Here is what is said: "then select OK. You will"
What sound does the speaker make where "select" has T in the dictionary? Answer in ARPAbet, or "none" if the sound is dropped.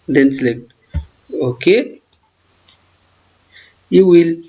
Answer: none